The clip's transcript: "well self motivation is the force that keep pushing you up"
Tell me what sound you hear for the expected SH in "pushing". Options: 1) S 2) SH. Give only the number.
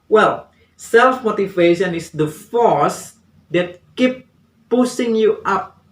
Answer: 1